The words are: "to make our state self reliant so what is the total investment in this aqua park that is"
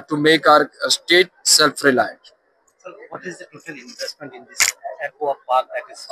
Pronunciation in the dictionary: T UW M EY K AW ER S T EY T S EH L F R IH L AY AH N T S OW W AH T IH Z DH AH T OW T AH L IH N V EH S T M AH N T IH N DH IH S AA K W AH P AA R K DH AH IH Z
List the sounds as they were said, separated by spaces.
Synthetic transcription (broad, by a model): T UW M EY K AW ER S T EY T S EH L F R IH L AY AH T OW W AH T IH Z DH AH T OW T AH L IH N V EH S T M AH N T IH N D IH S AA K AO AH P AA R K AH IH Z